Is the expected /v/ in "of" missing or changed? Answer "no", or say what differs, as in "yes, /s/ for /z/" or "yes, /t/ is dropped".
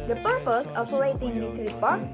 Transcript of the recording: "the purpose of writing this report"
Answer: yes, /p/ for /v/